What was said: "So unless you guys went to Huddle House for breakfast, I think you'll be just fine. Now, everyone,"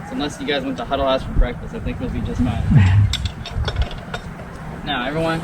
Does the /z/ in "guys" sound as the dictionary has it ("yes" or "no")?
yes